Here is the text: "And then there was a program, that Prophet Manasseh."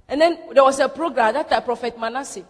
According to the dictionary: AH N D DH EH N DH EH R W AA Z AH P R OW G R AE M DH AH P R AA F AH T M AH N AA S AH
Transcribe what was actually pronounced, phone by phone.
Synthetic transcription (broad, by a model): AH N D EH N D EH W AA S AH P R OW G R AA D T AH P R AA F AH T M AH N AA S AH